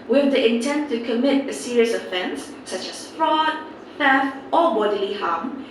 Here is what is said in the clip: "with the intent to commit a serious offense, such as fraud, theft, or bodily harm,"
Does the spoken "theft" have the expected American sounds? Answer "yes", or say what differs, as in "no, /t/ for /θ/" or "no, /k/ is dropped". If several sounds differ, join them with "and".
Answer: no, /f/ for /θ/